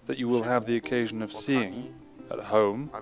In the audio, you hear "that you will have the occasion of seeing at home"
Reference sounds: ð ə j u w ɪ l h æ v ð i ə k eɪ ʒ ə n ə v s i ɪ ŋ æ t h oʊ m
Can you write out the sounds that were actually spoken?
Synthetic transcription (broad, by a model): ð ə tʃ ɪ w ɪ l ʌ v ð i ə k eɪ ʒ ə n ə v s i ɪ ŋ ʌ t h oʊ m